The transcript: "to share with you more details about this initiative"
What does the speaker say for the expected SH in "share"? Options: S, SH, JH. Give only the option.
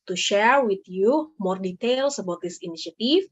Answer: SH